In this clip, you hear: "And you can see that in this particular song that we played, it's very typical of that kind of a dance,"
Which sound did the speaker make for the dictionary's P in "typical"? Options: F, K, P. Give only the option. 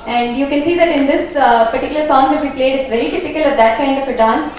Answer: F